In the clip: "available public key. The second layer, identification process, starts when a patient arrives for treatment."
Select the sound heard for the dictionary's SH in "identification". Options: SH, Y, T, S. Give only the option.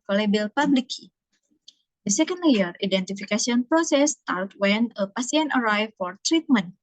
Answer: S